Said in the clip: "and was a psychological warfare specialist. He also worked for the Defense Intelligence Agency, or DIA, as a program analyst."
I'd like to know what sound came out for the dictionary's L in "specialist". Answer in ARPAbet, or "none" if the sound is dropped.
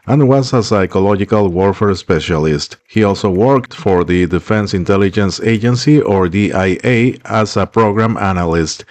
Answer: L